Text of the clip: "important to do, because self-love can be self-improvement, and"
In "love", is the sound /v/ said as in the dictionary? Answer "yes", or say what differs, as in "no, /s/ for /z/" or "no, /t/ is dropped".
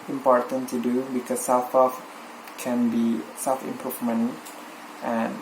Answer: no, /f/ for /v/